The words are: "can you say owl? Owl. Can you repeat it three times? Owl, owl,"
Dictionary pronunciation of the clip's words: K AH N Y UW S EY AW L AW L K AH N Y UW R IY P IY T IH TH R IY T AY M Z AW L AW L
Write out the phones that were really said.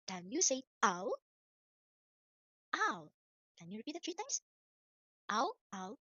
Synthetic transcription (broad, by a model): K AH N Y UW S EY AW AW K AH N Y UW R IY P IY T IH T R IY T AY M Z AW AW